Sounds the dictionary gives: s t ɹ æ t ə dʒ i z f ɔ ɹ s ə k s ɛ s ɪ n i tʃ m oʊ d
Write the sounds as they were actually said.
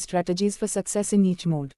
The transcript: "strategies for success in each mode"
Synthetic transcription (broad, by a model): s t ɹ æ t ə dʒ i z f ɔ ɹ s ə k s ɛ s ɪ n i tʃ m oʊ d